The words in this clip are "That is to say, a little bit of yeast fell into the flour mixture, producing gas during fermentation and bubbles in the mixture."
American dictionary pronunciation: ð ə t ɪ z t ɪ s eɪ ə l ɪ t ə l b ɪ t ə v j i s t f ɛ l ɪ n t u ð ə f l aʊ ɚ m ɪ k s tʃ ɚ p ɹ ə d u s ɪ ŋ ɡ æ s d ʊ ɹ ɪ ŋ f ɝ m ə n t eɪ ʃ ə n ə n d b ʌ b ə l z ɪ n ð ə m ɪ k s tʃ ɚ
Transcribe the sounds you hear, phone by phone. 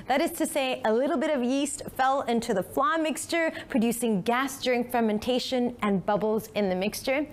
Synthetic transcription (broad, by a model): ð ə t ɪ z t ɪ s eɪ ə l ɪ t l b ɪ t ə v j i s t f ɛ l ɪ n t u ð ə f l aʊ m ɪ k s tʃ ɚ p ɹ ə d u s ɪ ŋ ɡ æ s d ʊ ɹ ɪ ŋ f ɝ m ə n t eɪ ʃ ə n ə n b ʌ b l z ɪ n ð ə m ɪ k s tʃ ɚ